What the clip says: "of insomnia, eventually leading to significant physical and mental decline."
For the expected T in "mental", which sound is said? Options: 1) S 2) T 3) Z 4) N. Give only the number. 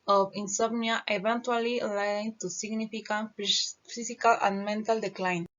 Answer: 2